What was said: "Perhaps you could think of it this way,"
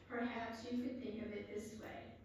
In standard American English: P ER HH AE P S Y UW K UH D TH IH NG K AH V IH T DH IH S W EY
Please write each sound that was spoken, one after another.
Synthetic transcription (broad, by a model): P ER HH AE P S Y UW K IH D TH IH NG K AH V IH T DH IH S W EY